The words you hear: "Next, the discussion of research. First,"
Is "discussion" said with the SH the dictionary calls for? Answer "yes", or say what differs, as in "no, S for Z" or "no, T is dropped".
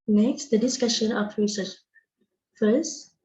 yes